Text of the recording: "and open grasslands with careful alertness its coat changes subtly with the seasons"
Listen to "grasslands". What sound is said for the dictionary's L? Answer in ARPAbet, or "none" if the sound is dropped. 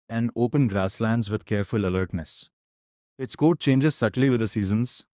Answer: L